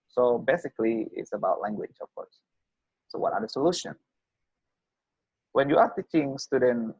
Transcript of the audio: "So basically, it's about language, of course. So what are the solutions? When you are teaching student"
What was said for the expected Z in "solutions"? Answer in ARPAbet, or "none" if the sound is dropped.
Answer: none